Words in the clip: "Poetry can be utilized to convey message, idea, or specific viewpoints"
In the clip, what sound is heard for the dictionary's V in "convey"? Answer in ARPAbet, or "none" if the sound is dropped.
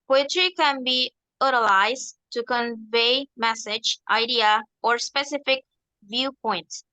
V